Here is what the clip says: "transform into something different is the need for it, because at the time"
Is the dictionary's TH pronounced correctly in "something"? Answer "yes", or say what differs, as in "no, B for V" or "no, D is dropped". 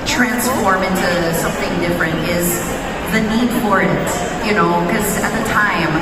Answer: yes